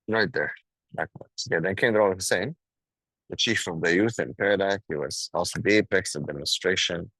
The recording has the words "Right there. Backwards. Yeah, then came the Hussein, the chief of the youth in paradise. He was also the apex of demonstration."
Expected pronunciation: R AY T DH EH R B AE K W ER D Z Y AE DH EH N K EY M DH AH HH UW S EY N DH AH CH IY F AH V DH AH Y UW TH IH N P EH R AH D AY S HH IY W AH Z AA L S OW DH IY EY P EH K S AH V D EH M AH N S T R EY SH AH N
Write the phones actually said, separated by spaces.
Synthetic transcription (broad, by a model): R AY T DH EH R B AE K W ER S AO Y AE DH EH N K EY M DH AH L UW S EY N DH AH CH IY F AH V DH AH Y UW TH IH N P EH R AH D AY HH IY W AH Z AA L S OW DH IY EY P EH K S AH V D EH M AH N S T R EY SH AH N